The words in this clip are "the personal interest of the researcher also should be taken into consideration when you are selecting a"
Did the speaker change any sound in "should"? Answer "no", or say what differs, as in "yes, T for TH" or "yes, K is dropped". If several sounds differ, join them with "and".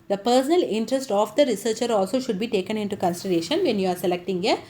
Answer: no